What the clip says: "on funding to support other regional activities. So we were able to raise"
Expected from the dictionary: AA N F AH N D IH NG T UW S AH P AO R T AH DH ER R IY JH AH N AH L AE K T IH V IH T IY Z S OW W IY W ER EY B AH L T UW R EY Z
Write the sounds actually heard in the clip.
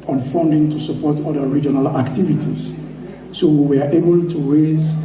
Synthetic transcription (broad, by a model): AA N F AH N D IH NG T UW S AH P AO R T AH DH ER R IY JH AH N AH L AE K T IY V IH T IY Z S OW W IY W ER EY B AH L T UW R EY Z